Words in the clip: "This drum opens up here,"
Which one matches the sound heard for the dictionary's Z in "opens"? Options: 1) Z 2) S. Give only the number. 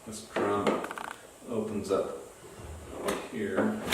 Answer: 1